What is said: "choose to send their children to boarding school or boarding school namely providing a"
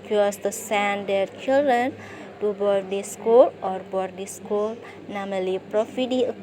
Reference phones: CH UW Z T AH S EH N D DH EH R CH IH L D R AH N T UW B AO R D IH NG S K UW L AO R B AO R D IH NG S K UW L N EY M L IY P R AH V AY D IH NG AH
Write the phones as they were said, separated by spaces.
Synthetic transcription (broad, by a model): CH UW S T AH S EH N D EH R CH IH L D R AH N T UW B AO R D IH S K UW L AO R B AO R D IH S K UW L N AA M L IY P R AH F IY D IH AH